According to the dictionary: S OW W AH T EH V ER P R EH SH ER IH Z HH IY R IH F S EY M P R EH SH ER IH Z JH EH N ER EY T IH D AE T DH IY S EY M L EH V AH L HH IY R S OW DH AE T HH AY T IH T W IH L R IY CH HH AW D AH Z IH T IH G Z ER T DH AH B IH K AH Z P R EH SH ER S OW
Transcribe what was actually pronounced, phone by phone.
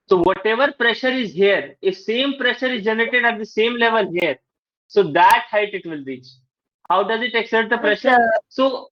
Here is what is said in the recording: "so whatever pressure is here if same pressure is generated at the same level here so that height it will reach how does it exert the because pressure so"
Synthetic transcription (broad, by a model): S OW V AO T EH V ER P R EH SH ER IH Z HH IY R IH F S EY M P R EH SH ER IH Z JH EH N ER EY T IH D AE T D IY S EY M L EH V AH L HH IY R S OW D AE T HH AY T IH T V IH L R IY CH HH AW D AH Z IH T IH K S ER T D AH P R EH SH ER S OW